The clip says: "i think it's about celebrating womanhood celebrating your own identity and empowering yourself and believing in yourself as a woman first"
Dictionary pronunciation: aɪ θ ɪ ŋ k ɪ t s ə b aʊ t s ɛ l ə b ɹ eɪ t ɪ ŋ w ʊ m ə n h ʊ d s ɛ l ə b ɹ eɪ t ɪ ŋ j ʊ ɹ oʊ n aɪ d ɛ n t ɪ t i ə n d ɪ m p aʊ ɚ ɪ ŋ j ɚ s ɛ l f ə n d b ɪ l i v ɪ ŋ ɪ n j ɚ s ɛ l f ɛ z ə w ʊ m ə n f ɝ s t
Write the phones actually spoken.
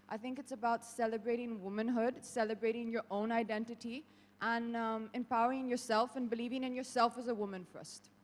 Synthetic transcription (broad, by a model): aɪ θ ɪ ŋ k ɪ t s ə b aʊ t s ɛ l ə b ɹ eɪ t ɪ ŋ w ʊ m ə n h ʊ d s ɛ l ə b ɹ eɪ t ɪ ŋ j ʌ ɹ oʊ n aɪ d ɛ n t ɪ t i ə n ɪ m p aʊ ɚ ɪ ŋ j ɚ s ɛ l f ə n b ɪ l i v ɪ ŋ ɪ n j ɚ s ɛ l f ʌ z ə w ʊ m ə n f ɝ s t